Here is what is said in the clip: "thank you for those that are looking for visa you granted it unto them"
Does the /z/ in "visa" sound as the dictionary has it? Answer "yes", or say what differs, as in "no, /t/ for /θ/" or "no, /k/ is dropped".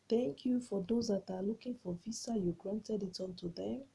no, /s/ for /z/